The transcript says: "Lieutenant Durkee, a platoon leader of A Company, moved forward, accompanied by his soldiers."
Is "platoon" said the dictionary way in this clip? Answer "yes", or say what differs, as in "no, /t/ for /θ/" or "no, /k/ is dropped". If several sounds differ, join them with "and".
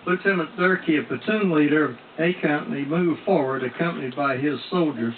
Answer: no, /l/ is dropped